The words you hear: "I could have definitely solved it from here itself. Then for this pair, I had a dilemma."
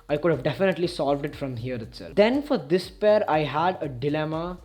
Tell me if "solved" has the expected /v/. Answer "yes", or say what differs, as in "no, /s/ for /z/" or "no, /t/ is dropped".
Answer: yes